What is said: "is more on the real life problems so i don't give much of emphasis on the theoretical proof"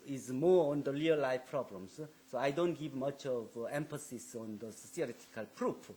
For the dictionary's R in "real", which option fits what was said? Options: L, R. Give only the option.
L